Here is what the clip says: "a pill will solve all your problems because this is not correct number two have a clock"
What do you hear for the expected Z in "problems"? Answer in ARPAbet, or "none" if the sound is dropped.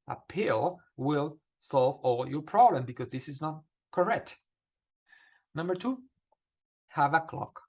none